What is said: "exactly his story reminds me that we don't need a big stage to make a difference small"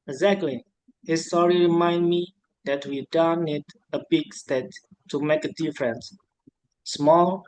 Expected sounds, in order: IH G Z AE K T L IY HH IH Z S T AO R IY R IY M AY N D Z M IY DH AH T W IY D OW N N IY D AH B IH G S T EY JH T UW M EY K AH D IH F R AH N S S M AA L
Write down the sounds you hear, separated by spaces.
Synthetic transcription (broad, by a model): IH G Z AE K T L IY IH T S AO R IY R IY M AY N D M IY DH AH T W IY D OW N N IY D AH B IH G S T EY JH T UW M EY K AH D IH F R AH N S S M AA L